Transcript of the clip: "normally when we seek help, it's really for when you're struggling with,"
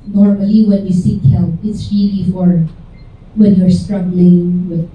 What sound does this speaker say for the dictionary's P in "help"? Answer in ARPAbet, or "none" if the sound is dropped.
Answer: none